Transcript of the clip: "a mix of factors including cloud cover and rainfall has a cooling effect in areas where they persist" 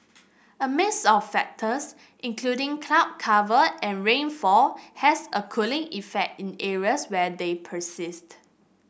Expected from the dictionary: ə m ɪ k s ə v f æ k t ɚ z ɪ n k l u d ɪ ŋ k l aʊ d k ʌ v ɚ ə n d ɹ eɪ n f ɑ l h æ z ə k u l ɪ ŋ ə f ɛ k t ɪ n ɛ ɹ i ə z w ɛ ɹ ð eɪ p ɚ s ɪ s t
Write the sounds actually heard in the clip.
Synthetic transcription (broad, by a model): ə m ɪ s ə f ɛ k t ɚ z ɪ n k l u d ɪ ŋ k l aʊ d k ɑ v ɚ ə n ɹ eɪ n f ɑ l h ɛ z ə k u l ɪ ŋ ə f ɛ k t ɪ n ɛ ɹ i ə s w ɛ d eɪ p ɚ s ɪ s t